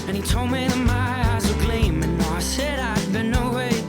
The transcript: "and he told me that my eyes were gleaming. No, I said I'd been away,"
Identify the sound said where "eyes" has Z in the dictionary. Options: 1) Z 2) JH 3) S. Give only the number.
1